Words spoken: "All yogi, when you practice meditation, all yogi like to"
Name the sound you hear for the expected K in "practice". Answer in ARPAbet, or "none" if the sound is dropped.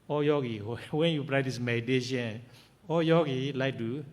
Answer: none